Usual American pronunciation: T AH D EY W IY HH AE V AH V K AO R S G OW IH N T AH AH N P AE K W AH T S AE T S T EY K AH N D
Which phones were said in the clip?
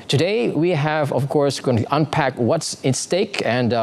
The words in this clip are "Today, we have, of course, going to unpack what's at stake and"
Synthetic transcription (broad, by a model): T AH D EY W IY HH AE V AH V K AO R S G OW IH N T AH AH N P AE K W AH T S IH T S T EY K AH N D